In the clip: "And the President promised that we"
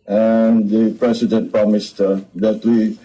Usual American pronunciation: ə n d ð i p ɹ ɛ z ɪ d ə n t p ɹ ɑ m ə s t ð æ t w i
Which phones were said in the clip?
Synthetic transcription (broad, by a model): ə n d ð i p ɹ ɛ s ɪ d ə n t p ɹ ɑ m ə s t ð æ t w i